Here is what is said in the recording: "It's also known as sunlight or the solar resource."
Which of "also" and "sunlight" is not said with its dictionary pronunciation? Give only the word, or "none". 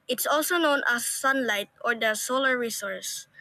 none